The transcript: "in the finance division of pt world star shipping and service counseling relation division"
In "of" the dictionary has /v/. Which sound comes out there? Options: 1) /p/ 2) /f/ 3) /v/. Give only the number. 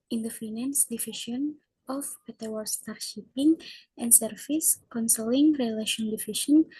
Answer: 1